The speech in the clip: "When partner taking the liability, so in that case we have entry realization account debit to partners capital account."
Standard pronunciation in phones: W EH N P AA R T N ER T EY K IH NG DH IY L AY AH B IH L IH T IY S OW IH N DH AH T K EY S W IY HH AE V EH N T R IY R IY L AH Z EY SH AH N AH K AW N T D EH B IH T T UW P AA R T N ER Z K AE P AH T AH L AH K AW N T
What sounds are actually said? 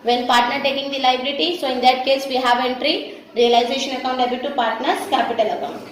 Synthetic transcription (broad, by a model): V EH N P AA R T N ER T EY K IH NG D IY L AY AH B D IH T IY S OW IH N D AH T K EY S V IY HH AE V EH N T R IY R IY L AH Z EY SH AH N AH K AW N T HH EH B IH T T UW P AA R T N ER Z K AE P AH T AH L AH K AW N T